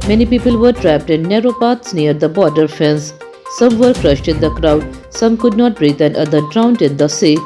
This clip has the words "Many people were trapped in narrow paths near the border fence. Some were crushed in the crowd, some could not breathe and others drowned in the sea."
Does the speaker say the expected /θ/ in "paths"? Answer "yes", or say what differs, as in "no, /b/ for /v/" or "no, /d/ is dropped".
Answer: no, /t/ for /θ/